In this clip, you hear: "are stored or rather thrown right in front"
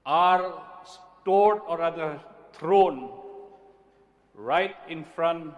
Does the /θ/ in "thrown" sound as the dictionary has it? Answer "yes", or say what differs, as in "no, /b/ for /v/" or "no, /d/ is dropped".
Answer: no, /t/ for /θ/